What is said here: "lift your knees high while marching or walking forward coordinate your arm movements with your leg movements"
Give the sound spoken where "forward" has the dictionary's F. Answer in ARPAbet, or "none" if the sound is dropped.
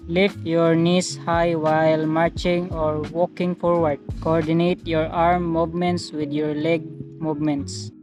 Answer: F